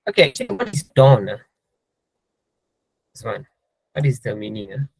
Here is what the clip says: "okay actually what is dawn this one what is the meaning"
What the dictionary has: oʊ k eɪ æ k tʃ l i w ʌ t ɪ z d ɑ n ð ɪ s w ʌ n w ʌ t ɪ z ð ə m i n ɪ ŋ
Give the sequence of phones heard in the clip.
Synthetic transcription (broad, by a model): oʊ k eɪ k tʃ i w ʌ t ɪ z d ɑ n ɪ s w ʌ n w ʌ t ɪ z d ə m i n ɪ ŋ